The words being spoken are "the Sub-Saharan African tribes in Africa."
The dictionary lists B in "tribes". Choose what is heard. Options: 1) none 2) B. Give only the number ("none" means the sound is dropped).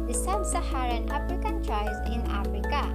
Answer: 1